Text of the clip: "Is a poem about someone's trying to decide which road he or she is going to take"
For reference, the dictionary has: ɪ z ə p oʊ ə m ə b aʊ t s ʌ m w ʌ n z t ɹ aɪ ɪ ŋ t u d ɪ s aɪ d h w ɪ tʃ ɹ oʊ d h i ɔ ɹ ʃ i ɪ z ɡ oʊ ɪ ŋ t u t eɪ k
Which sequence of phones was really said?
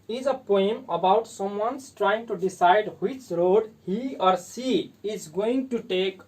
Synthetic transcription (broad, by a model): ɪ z ə p oʊ ə m ə b aʊ t s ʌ m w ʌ n s t ɹ aɪ ɪ ŋ t u d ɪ s aɪ d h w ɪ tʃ ɹ oʊ d h i ɔ ɹ s i ɪ z ɡ oʊ ɪ ŋ t u t eɪ k